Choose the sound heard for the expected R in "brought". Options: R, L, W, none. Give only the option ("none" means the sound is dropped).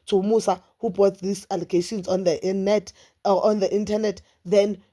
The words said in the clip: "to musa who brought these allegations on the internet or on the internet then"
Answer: none